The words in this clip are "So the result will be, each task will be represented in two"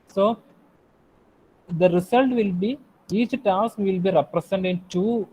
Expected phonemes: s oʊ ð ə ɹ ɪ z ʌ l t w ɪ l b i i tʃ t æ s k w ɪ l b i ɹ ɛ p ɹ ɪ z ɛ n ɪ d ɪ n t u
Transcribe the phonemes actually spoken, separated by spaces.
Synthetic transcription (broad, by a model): s oʊ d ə ɹ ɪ s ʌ l t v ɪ l b i i tʃ t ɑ s k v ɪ l b i ɹ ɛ p ɹ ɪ s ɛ n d ɪ n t u